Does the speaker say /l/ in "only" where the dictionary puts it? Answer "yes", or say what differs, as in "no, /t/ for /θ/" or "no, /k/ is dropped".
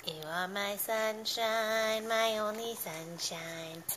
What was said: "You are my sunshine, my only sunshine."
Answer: no, /l/ is dropped